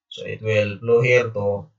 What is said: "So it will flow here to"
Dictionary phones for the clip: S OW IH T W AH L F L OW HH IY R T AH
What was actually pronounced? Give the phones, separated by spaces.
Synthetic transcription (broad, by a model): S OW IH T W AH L P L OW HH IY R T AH